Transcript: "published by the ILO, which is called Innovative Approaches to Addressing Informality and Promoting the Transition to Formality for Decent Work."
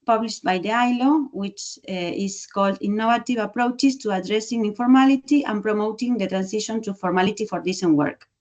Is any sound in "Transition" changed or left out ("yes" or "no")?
yes